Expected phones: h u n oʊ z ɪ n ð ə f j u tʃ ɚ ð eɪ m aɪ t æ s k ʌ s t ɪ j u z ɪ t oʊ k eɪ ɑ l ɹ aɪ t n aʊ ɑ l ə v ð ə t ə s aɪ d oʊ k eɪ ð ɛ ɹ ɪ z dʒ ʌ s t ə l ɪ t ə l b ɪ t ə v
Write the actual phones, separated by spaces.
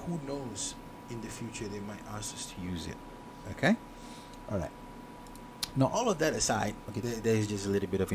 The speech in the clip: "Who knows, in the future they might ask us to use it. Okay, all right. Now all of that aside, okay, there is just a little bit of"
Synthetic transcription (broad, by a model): h u n oʊ z ɪ n ð ə f j u tʃ ɚ ð eɪ m aɪ t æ s ʌ s t ɪ j u z ɪ t oʊ k eɪ ɑ l ɹ aɪ t n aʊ ɑ l ə v ð ə t ə s aɪ d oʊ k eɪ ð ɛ ɪ z dʒ ʌ s t ə l ɪ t l b ɪ t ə v